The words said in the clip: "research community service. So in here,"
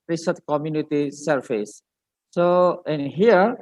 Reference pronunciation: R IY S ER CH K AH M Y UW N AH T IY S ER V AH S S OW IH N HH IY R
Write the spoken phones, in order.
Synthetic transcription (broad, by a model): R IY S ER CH K AH M Y UW N AH T IY S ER F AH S S OW IH N HH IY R